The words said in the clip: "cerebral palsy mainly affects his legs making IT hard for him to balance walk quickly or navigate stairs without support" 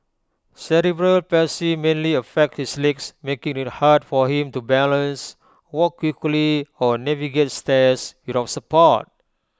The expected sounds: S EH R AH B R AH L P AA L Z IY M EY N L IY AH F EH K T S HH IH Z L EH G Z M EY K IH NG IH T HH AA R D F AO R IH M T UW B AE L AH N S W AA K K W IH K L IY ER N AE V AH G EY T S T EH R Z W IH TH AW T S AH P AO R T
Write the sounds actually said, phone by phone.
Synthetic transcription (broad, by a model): S EH R AH B R AH L P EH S IY M EY N L IY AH F EH K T HH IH S L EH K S M EY K IH NG IH T HH AA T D F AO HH IH M T UW B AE L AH N S W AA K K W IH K L IY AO N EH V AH G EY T S T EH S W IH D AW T S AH P AO T